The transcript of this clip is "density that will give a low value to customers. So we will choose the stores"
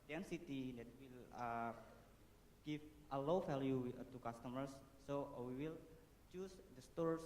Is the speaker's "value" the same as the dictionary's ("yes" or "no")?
no